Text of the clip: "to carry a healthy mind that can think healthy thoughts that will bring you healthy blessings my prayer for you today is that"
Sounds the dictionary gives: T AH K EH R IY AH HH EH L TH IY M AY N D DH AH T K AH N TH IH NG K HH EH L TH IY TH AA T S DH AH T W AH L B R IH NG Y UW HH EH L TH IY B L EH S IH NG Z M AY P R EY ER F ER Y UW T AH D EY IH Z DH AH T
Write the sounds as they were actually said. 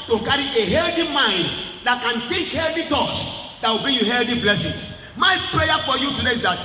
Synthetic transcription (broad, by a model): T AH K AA R IY AH HH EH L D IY M AY N D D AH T K AH N T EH K HH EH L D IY T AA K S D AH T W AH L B IY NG Y UW HH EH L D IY B L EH S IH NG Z M AY P R EY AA F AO Y UW T AH D EY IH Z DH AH T